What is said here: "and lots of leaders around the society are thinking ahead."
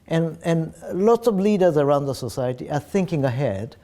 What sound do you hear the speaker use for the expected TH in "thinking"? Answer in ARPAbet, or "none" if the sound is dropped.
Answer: TH